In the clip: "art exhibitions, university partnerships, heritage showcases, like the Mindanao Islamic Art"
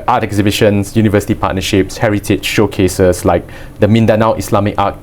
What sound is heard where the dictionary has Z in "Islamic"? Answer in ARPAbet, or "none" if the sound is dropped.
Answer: S